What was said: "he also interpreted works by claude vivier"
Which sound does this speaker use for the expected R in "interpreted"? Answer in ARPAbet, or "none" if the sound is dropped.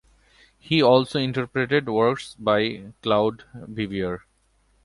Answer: R